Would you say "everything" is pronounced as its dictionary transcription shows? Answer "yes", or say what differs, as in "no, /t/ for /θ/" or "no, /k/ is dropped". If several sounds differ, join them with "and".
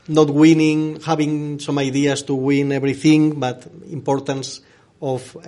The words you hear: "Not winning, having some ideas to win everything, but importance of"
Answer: no, /b/ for /v/